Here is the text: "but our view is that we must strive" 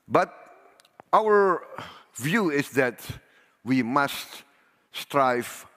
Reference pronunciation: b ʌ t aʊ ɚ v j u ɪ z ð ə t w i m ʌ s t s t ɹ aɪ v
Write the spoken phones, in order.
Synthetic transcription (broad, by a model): b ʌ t aʊ ɚ v j u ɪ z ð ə t w i m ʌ s t s t ɹ aɪ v